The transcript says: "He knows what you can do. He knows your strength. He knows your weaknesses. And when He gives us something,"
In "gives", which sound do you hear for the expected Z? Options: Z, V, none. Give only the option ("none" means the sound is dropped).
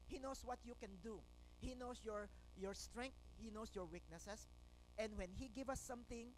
none